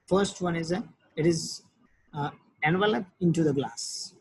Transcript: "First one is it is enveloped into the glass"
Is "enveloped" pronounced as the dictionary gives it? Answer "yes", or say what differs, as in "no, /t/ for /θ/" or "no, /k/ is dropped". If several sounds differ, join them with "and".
yes